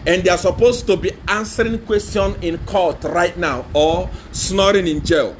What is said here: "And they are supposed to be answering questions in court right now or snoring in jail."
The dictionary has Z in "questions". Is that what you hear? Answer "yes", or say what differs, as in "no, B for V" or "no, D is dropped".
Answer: no, Z is dropped